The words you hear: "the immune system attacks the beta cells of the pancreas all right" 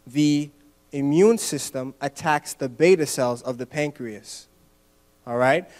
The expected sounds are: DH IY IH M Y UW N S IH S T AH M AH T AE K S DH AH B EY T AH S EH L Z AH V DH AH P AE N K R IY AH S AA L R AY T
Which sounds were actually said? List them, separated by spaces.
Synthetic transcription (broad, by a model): DH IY IH M Y UW N S IH S T AH M AH T AE K S DH AH B EY T AH S EH L Z AH V DH AH P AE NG K R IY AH S AA L R AY T